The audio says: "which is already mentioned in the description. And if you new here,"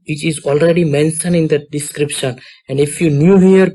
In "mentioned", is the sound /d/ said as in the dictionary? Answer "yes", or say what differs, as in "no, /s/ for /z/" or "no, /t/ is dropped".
no, /d/ is dropped